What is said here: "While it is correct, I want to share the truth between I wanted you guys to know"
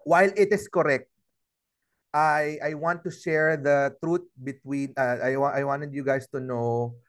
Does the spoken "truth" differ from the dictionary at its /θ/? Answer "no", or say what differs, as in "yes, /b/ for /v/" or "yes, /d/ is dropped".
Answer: yes, /t/ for /θ/